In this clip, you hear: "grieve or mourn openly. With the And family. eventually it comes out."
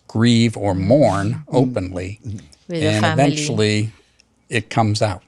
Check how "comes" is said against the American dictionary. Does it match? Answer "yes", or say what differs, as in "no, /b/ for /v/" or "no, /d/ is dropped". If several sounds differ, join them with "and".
yes